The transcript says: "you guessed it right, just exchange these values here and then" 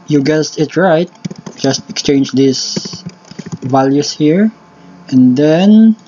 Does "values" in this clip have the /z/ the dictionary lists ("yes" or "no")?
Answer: no